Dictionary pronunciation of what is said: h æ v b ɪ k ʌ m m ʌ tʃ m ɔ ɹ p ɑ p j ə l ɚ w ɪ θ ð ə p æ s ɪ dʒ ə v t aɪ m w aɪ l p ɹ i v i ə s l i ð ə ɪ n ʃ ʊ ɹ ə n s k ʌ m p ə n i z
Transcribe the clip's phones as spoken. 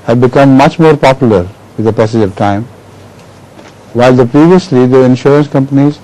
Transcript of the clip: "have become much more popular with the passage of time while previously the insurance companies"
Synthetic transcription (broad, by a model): h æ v b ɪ k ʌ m m ʌ tʃ m ɔ ɹ p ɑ p j l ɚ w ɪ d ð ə p æ s ɪ dʒ ə v t aɪ m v aɪ l p ɹ i v i ə s l i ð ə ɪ n ʃ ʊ ɹ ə n s k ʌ m p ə n i z